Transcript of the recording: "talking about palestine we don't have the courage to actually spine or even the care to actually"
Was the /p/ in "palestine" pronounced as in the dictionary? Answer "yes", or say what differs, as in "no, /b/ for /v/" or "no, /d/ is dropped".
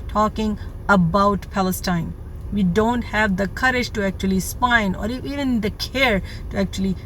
yes